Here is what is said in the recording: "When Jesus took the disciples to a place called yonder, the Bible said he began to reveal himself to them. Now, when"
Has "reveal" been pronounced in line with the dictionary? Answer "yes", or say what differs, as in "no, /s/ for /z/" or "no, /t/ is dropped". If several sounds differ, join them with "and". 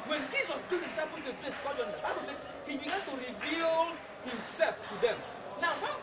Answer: yes